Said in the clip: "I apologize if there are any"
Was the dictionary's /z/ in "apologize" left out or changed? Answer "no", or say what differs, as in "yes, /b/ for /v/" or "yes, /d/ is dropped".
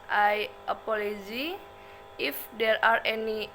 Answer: yes, /z/ is dropped